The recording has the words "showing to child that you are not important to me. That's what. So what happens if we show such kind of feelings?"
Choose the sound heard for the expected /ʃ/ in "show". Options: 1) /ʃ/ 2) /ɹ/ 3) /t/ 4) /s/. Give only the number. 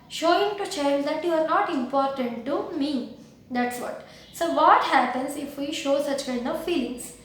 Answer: 1